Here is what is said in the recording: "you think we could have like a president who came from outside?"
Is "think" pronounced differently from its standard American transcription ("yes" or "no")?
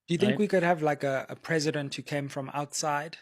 no